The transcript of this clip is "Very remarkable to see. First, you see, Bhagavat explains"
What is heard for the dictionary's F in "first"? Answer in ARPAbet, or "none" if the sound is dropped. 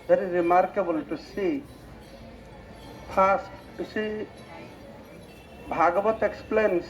P